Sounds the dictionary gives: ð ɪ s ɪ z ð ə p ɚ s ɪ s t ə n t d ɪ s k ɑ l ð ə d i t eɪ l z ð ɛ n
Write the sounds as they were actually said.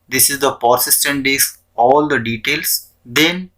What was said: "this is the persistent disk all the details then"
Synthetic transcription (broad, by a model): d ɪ s ɪ z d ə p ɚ s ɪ s t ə n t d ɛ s ɑ l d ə d i t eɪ l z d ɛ n